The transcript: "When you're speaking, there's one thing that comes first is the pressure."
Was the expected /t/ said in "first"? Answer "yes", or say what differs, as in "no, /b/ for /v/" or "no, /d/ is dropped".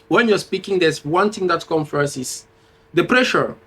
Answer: no, /t/ is dropped